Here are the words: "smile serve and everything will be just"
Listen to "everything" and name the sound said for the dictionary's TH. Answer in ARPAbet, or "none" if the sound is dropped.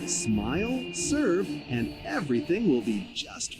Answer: TH